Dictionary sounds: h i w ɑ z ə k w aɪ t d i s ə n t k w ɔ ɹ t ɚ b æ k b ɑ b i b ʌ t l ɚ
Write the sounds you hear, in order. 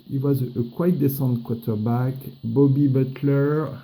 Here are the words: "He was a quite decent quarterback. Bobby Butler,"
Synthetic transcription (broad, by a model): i w ɑ z ə k w aɪ t d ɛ s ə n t k w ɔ t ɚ b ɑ k b ɑ b i b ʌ t l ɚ